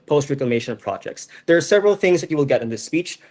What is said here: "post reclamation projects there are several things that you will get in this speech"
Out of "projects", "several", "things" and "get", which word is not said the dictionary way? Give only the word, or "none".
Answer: none